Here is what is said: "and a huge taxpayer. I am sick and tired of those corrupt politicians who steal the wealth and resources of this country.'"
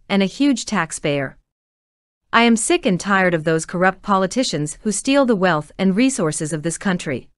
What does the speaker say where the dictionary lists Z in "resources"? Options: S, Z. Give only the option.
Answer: Z